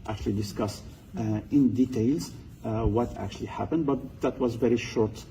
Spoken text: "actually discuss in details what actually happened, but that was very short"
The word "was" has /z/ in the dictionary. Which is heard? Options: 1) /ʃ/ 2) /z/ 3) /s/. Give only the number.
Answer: 2